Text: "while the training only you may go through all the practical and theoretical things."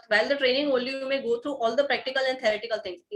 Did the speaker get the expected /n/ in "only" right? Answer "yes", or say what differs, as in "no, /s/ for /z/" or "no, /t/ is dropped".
no, /n/ is dropped